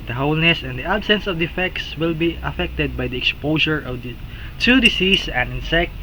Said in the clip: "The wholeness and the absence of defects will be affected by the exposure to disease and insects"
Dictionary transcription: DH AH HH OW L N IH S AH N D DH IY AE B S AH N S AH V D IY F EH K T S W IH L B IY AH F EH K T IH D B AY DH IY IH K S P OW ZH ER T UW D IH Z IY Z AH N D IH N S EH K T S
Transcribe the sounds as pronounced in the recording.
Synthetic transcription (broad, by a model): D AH HH OW L N IH S AH N D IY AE B S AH N S AH V D IY F EH K T S W IH L B IY AH F EH K T IH D B AY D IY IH K S P OW SH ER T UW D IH S IY S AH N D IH N S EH K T